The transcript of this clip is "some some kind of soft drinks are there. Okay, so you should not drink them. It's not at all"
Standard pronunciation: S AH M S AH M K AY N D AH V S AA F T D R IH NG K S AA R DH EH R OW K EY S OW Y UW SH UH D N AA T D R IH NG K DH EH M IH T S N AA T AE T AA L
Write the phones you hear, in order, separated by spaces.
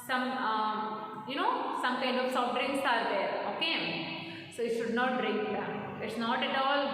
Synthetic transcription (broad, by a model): S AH M S AH M K AY N D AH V S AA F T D R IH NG S AA R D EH R OW K EY S OW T SH UH D N AA T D R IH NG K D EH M IH T S N AA T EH T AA L